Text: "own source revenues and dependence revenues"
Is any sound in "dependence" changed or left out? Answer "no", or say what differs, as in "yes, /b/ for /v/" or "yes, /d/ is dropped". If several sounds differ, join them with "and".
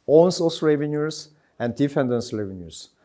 yes, /f/ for /p/